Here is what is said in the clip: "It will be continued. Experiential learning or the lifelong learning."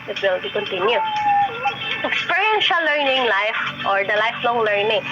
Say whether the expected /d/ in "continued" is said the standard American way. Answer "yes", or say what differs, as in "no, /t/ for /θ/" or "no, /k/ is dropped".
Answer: no, /d/ is dropped